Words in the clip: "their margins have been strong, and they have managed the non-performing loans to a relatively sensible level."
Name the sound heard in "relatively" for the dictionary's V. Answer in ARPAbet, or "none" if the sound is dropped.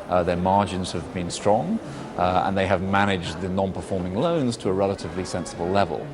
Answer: V